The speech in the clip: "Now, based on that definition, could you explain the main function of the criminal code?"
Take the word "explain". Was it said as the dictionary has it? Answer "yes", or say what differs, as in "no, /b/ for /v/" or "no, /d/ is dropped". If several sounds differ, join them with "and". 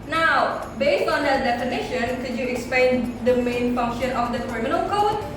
no, /l/ is dropped